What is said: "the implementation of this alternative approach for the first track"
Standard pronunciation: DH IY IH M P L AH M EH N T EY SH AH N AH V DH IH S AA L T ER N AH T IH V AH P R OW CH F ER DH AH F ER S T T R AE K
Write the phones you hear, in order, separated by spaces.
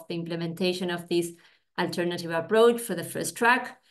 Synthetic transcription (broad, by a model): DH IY IH M P L AH M EH N T EY SH AH N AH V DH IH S AA L T ER N AH T IH V AH P R OW CH F ER DH AH F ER S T T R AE K